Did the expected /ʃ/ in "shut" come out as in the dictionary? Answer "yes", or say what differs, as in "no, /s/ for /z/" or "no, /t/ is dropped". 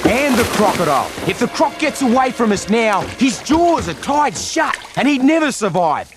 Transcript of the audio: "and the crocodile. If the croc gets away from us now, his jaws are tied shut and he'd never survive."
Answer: yes